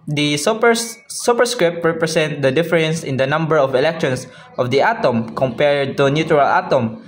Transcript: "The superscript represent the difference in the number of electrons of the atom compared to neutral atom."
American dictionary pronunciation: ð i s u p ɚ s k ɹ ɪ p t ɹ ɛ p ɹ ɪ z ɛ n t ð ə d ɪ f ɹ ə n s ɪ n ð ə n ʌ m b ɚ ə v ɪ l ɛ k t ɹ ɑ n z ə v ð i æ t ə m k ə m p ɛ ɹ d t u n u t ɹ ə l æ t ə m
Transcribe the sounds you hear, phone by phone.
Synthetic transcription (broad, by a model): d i s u p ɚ s k ɹ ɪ p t ɹ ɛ p ɹ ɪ s ɛ n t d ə d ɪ f ɹ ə n s ɪ n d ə n ʌ m b ɚ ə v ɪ l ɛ k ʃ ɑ n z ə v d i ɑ t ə m k ə m p ɛ ɹ d t u n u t ɹ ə l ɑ t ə m